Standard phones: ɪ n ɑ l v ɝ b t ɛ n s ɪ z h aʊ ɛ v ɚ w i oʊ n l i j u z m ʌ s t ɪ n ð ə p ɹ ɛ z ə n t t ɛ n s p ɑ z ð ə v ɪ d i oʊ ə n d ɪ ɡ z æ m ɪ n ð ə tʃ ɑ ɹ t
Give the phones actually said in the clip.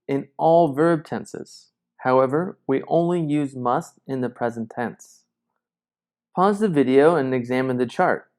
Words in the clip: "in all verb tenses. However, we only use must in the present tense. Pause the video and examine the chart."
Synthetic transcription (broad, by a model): ɪ n ɑ l v ɝ b t ɛ n s ɪ z h aʊ ɛ v ɚ w i oʊ n l i j u z m ʌ s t ɪ n ð ə p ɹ ɛ z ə n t t ɛ n s p ɑ z ð ə v ɪ d i oʊ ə n ɪ ɡ z æ m ɪ n ð ə tʃ ɑ ɹ t